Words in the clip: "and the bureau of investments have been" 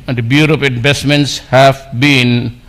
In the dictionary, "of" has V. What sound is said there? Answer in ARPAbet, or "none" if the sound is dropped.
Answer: P